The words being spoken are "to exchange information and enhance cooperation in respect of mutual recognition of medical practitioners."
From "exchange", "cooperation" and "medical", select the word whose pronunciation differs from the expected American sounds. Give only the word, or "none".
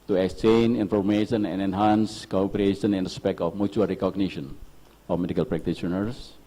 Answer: exchange